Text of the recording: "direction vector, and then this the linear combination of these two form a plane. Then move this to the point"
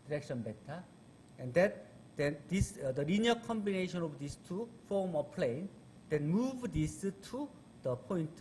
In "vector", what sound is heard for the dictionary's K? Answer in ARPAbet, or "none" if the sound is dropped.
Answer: none